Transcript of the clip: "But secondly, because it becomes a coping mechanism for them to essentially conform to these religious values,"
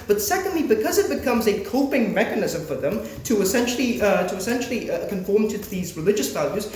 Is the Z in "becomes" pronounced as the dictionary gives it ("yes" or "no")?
yes